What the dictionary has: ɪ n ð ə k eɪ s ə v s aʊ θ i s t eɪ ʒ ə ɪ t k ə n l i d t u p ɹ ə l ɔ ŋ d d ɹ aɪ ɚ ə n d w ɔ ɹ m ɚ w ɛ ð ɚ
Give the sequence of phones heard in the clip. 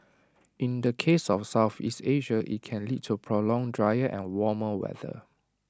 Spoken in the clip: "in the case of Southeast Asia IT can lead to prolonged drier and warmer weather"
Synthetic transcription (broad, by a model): ɪ n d ə k eɪ s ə f s aʊ θ i s t eɪ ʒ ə ɪ t k ə n l i d t u p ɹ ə l ɔ ŋ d d ɹ aɪ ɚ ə n w ɔ m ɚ w ɛ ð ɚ